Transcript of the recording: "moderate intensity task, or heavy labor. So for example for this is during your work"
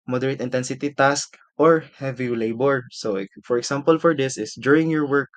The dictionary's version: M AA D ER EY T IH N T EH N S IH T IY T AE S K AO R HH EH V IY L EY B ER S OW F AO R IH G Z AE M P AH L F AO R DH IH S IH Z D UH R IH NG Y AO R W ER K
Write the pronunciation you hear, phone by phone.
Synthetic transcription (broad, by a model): M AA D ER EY T IH N T EH N S IH T IY T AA S K AO R HH EH V IY L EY B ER S OW F AO R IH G S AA M P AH L F AO R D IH S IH S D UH R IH NG Y AO R W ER K